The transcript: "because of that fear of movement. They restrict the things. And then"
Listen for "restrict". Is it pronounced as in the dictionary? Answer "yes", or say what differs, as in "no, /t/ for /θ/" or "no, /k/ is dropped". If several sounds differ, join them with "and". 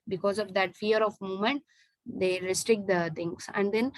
yes